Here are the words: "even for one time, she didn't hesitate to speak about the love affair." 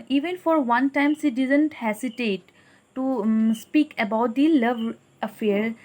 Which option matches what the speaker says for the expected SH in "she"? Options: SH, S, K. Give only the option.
S